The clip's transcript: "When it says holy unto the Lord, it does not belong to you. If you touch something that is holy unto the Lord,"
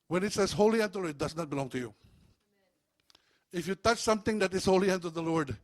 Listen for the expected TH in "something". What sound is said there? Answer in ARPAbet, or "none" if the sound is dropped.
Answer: T